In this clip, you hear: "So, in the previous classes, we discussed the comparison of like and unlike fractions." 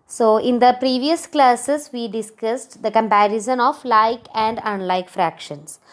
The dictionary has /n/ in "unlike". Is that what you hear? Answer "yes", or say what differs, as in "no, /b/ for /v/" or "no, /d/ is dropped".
yes